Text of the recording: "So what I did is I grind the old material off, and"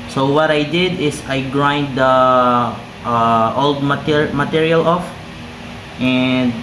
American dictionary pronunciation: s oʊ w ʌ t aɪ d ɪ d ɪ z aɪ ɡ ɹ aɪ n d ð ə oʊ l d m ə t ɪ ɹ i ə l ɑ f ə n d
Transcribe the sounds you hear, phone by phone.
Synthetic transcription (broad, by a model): s oʊ w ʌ t aɪ d ɪ d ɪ s aɪ ɡ ɹ aɪ n d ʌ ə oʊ l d m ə t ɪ ɹ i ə l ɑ f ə n d